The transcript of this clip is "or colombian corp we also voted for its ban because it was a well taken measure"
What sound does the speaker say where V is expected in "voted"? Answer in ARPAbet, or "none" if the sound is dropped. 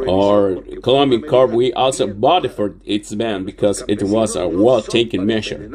B